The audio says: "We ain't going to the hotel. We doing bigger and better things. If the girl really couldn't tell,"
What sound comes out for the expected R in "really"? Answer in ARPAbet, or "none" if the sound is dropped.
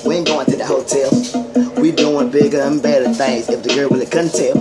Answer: W